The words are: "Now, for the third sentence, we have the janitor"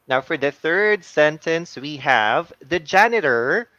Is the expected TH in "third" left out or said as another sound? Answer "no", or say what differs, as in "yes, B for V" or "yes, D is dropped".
no